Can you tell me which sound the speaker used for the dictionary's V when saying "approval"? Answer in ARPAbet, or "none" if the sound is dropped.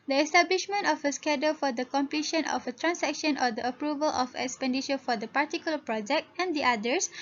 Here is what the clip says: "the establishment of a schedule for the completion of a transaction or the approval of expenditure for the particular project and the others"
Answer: V